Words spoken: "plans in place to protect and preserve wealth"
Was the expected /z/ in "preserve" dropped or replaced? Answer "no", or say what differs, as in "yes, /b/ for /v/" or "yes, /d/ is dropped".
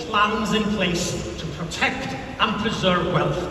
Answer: no